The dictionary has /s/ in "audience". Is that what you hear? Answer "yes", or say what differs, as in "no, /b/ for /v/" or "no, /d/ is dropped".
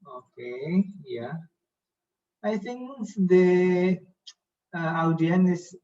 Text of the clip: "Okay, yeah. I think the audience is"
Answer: no, /s/ is dropped